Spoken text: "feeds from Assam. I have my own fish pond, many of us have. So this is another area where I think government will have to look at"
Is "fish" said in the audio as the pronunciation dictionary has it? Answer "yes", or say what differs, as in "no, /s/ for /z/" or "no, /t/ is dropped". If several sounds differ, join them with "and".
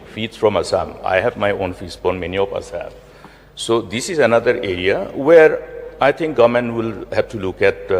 no, /s/ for /ʃ/